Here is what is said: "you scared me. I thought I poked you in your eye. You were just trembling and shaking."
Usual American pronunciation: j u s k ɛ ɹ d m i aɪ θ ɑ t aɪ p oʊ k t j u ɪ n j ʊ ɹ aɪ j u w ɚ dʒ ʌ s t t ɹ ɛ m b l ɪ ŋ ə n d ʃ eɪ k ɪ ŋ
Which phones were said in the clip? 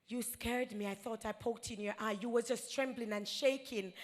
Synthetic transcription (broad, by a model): j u s k ɛ ɹ d m i aɪ θ ɑ t aɪ p oʊ k t ɪ n j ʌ ɹ aɪ j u w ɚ dʒ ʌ s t t ɹ ɛ m b l ɪ ŋ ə n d ʃ eɪ k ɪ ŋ